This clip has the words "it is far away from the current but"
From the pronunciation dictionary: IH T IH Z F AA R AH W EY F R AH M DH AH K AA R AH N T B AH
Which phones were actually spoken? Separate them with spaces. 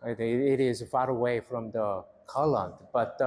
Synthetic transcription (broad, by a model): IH T IH Z F AA R AH W EY F R AH M DH AH K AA L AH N T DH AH